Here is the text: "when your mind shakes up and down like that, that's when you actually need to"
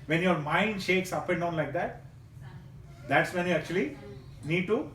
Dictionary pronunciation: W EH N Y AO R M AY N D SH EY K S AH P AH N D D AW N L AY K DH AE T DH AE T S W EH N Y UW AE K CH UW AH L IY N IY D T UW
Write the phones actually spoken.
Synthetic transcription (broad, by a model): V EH N Y AO R M AY N D SH EY K S AH P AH N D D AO N L AY K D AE T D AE T S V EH N Y UW AE K CH UW AH L IY N IY D T UW